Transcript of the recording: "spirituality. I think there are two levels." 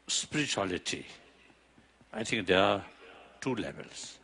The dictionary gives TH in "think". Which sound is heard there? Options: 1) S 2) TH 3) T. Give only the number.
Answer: 3